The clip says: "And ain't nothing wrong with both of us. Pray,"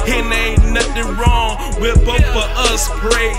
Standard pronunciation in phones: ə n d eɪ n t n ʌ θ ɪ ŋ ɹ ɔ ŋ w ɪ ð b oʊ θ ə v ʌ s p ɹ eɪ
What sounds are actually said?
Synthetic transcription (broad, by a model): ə n eɪ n n ʌ θ ɪ ŋ ɹ ɔ ŋ w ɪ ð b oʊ f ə ʌ s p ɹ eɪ